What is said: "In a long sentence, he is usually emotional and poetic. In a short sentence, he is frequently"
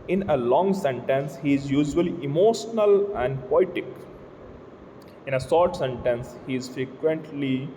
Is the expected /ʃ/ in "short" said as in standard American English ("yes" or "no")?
no